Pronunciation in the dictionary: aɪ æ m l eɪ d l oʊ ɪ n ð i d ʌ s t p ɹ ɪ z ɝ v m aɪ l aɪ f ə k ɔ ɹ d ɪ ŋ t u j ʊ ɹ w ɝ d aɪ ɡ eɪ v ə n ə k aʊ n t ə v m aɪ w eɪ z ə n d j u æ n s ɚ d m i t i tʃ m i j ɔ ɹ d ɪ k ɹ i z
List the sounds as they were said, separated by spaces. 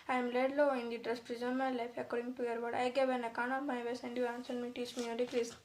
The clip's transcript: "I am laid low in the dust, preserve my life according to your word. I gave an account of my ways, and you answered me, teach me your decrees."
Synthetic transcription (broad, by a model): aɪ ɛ m l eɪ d l oʊ ɪ n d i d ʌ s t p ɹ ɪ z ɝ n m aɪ l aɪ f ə k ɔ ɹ d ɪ ŋ t u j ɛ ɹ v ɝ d aɪ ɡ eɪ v ə n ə k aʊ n ə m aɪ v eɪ s ə n d j u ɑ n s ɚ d m i t i tʃ m i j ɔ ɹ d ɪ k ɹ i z